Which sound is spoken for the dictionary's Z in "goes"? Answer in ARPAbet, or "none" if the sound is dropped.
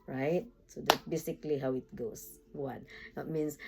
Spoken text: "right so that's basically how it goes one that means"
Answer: S